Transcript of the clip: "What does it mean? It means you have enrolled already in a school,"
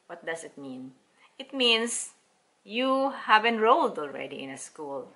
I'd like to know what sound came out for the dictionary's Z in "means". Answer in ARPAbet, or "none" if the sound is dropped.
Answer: S